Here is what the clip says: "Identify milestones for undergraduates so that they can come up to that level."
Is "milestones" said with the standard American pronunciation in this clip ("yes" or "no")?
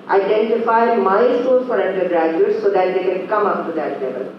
no